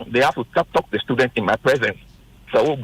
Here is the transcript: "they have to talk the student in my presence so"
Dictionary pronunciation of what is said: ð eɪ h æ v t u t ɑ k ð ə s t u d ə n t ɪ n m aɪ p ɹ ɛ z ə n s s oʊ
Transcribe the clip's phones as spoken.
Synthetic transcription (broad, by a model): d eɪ h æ f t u t ɑ k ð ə s t u d ə n t ɪ n m aɪ p ɹ ɛ z ə n s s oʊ